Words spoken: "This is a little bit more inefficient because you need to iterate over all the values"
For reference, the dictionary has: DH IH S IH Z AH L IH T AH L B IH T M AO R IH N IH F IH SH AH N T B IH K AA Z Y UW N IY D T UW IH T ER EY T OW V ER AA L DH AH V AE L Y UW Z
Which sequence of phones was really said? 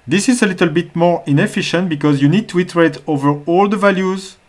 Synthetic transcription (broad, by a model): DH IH S IH Z AH L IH T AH L B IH T M AO R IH N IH F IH SH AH N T B IH K AA Z Y UW N IY D T UW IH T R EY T OW V ER AA L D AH V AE L Y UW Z